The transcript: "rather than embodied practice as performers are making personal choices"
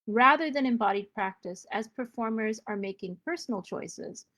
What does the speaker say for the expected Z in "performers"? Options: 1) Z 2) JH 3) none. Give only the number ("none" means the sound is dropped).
1